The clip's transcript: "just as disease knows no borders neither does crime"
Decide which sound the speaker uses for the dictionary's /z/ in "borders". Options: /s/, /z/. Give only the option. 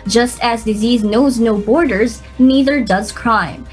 /z/